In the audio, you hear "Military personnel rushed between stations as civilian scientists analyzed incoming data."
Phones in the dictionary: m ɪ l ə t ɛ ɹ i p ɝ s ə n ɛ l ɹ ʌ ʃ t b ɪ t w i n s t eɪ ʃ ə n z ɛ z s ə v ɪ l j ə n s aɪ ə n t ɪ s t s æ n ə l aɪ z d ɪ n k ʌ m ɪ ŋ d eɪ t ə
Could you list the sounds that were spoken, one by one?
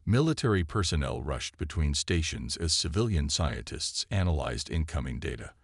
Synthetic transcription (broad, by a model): m ɪ l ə t ɛ ɹ i p ɝ s ə n ɛ l ɹ ʌ ʃ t b ɪ t w i n s t eɪ ʃ ə n z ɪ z s ə v ɪ l j ə n s aɪ ə n t ɪ s t s æ n ə l aɪ z d ɪ n k ʌ m ɪ ŋ d eɪ t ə